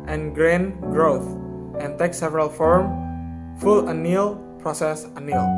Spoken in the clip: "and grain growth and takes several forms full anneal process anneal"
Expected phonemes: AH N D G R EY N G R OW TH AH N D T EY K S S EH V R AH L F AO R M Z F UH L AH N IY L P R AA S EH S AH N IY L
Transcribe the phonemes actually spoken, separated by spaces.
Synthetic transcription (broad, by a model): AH N G R EY N G R OW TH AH N T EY K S S EH V R AH L F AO R M F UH L AH N IY L P R AA S EH S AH N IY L